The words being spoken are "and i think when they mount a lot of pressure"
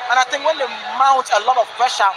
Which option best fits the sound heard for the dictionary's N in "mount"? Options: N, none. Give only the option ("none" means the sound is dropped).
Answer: none